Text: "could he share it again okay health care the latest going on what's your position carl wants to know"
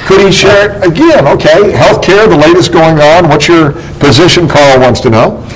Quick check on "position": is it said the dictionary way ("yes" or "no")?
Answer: yes